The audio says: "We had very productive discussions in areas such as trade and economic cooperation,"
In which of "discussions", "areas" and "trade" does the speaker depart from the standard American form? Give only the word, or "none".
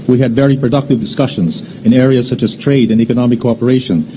none